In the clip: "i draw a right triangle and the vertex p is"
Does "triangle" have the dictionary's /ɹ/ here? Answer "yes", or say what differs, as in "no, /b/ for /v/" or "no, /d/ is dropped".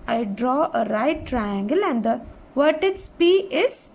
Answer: yes